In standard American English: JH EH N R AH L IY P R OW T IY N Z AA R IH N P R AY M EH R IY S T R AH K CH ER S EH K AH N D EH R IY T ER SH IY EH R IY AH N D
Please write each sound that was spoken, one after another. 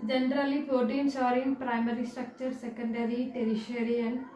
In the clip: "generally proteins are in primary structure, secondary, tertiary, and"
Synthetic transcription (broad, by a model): JH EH N R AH L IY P OW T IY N S AA R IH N P R AY M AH R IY S T R AH K CH ER S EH K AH N D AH R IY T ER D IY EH R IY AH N